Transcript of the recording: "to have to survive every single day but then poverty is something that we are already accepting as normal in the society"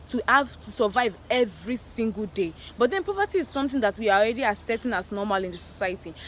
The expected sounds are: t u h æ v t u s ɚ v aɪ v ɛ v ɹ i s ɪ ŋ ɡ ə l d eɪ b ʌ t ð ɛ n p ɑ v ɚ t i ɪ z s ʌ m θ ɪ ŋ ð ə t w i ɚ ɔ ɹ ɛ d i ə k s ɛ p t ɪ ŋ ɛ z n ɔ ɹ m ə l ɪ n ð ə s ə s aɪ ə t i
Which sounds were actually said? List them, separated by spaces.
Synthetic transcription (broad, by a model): t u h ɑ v t u s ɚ v aɪ v ɛ v ɹ i s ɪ ŋ ɡ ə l d eɪ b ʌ t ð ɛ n p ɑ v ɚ t i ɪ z s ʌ m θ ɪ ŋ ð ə t w i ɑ ɔ ɹ ɛ d i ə s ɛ t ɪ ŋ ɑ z n ɔ m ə l ɪ n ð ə s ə s aɪ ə t i